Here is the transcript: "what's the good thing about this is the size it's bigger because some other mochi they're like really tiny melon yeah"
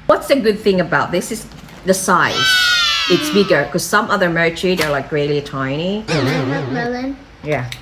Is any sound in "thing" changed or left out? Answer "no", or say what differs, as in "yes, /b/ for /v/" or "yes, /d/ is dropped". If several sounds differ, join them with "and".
no